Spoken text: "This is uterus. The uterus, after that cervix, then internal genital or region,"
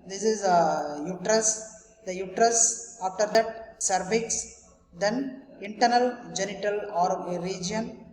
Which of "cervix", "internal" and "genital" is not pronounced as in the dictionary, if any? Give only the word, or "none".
cervix